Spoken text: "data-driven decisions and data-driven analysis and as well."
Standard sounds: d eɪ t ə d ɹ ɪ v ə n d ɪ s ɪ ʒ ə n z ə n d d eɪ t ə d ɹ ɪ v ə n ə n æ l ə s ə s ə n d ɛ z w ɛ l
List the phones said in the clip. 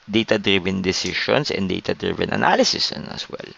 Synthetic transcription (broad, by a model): d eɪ t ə d ɹ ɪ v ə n d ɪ s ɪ ʃ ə n s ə n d d eɪ t ə d ɹ ɪ v ə n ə n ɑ l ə s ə s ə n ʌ s w ɛ l